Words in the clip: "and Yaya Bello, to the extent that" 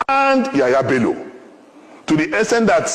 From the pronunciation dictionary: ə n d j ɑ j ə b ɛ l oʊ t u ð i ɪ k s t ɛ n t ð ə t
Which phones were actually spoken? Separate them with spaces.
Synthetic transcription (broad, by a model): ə n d j ɑ j ə b ɛ l oʊ t u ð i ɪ s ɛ n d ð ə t